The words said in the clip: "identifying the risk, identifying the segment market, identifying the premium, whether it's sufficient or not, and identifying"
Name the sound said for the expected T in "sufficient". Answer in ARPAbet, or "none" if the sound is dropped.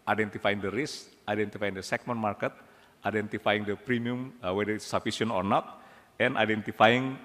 none